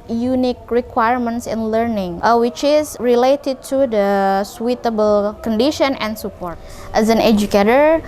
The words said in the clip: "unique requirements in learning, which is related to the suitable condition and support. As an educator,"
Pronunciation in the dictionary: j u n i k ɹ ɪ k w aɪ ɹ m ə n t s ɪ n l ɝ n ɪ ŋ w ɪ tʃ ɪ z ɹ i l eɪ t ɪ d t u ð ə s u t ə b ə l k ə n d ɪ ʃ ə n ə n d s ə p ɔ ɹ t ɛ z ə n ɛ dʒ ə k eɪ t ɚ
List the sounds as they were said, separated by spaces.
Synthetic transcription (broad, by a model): j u n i k ɹ ɪ k w aɪ ɹ m ə n t s ɪ n l ɝ n ɪ ŋ w ɪ tʃ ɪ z ɹ i l eɪ t ɪ d t u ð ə s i t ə b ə l k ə n d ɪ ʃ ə n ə n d s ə p ɔ ɹ t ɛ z ə n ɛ dʒ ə k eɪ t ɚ